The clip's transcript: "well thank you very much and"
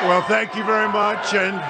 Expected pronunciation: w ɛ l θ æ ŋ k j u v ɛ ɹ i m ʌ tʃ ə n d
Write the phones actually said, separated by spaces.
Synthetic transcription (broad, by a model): w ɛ l θ æ ŋ k j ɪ v ɛ ɹ i m ʌ tʃ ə n